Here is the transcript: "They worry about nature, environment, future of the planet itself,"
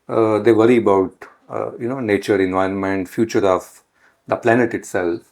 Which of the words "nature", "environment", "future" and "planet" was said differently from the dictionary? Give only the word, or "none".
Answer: none